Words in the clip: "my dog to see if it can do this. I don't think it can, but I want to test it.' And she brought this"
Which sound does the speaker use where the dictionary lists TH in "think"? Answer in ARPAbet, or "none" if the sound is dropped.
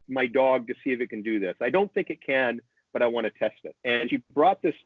TH